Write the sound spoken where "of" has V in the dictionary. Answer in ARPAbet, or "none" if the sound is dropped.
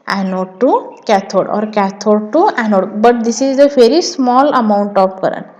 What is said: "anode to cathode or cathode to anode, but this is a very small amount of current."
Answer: P